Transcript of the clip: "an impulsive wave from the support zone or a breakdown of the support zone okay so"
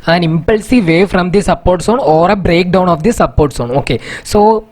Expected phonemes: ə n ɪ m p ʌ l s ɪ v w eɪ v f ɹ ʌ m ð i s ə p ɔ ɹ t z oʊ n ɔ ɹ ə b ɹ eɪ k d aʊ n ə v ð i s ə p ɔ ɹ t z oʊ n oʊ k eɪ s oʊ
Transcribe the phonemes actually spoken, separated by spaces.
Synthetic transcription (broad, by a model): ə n ɪ m p ʌ l s ɪ v eɪ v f ɹ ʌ m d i s ə p ɔ ɹ t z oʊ n ɔ ɹ ə b ɹ eɪ k d aʊ n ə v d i s ə p ɔ ɹ t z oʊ n oʊ k eɪ s oʊ